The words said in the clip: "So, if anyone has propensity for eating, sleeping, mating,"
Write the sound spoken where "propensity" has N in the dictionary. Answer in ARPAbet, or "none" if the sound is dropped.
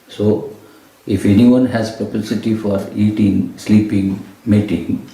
none